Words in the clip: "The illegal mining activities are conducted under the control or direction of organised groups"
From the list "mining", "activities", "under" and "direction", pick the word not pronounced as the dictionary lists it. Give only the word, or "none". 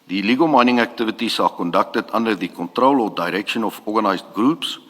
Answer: activities